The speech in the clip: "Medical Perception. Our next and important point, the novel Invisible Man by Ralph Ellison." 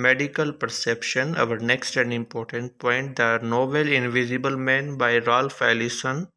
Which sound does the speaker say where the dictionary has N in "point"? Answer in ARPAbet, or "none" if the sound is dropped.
N